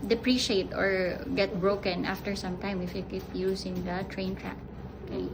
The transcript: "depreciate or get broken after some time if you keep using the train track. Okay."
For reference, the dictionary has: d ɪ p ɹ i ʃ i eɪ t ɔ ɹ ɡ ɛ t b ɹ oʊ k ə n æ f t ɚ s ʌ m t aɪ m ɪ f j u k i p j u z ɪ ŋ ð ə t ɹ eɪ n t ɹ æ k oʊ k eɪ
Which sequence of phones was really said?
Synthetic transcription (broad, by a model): d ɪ p ɹ i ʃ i eɪ t ɔ ɹ ɡ ɛ t b ɹ oʊ k ə n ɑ f t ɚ s ʌ m t aɪ m ɪ f j u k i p j u s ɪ ŋ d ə t ɹ eɪ n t ɹ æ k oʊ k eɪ